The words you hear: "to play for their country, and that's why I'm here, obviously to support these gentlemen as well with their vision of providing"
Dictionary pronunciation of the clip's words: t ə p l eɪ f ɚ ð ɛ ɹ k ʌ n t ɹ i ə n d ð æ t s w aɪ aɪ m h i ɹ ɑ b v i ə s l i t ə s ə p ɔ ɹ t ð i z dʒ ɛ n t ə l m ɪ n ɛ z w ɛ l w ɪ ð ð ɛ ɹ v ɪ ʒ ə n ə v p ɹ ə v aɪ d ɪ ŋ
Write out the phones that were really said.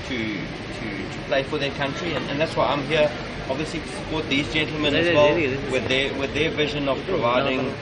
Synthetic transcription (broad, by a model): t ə p l eɪ f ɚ ð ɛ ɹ k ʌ n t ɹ i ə n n ð æ t s w aɪ aɪ m h i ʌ ɑ b v i ə s l i t ə s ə p ɔ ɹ t ð i z dʒ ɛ n t l m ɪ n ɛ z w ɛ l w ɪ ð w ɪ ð v ɪ ʒ ə n ə v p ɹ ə v aɪ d ɪ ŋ